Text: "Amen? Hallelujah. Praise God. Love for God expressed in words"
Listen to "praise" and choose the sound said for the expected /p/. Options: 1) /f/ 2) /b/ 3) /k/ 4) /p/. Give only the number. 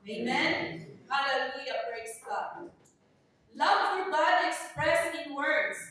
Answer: 2